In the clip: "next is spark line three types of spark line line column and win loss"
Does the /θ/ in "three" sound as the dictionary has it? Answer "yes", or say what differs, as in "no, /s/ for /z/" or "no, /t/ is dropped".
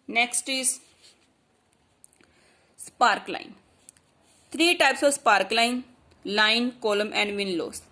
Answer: no, /t/ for /θ/